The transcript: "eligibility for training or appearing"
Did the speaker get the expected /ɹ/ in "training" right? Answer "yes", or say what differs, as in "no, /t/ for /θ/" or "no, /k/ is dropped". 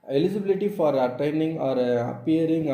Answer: no, /ɹ/ is dropped